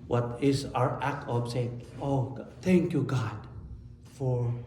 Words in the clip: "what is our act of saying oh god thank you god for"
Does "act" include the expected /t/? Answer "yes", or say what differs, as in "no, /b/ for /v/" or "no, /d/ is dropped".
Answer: yes